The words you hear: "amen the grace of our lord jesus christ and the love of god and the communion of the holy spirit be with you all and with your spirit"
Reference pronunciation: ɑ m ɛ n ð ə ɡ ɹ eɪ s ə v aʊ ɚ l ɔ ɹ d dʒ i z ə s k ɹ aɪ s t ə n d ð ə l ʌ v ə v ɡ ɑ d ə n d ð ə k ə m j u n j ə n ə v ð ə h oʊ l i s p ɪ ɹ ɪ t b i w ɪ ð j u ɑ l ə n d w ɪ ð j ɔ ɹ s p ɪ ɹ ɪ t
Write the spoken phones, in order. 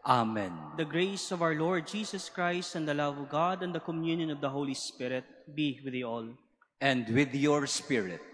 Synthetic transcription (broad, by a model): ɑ m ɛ n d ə ɡ ɹ eɪ s ə v aʊ ɚ l ɔ ɹ d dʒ i s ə s k ɹ aɪ s t ə n d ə l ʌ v ə v ɡ ɑ d ə n d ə k ə m j u n j ə n ə v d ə h oʊ l i s p ɪ ɹ ɪ t b i w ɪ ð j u ɑ l ə n d w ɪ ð j ɔ ɹ s p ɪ ɹ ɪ t